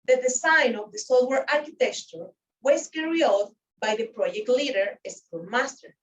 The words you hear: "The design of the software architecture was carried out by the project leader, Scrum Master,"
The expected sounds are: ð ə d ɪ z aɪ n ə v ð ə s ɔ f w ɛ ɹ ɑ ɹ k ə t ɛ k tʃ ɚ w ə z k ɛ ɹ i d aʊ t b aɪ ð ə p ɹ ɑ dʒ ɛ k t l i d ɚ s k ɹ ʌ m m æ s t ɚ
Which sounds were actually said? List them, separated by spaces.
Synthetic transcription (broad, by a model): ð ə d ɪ s aɪ n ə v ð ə s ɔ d w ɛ ɹ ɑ ɹ k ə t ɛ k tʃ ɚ w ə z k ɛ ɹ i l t b aɪ ð ə p ɹ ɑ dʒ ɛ k t l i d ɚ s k u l m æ s t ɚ